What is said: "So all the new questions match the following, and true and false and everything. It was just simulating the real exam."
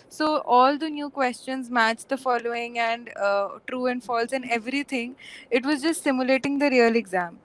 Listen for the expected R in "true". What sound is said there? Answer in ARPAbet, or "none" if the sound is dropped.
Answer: R